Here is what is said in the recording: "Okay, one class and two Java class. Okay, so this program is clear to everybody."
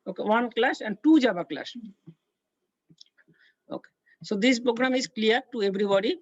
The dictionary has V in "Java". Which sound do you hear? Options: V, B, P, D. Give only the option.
B